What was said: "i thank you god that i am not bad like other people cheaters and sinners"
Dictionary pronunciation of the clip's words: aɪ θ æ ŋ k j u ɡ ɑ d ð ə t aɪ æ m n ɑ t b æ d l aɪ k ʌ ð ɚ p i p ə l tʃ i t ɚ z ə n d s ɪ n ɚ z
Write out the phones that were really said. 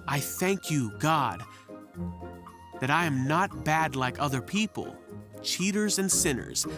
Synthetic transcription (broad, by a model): aɪ θ æ ŋ k j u ɡ ɑ d ð ə t aɪ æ m n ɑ t b æ d l aɪ k ʌ ð ɚ p i p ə l tʃ i t ɚ z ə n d s ɪ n ɚ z